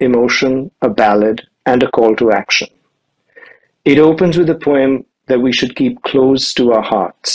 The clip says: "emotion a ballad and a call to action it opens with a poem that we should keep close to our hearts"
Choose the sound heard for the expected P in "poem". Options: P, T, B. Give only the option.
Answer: P